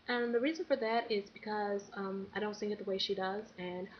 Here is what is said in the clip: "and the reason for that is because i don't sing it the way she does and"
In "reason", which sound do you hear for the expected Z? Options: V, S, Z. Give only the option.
Z